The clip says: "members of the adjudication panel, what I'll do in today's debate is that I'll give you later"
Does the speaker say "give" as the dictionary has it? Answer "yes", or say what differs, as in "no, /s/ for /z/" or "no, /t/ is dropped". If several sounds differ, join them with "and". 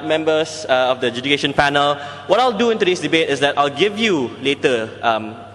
yes